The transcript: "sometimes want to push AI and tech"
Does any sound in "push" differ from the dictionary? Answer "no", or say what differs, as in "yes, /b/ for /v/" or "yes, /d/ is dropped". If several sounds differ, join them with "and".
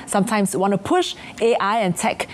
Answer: no